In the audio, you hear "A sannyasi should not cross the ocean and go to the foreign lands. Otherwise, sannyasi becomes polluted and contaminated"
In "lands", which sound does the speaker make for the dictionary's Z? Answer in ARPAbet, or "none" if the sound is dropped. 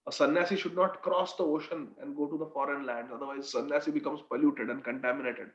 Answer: none